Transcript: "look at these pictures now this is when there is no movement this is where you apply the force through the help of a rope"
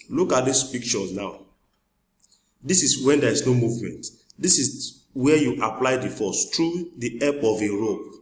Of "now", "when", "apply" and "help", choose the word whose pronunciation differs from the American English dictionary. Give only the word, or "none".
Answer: help